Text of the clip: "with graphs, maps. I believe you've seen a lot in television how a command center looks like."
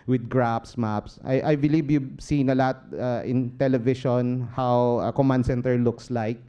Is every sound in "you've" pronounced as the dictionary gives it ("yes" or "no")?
no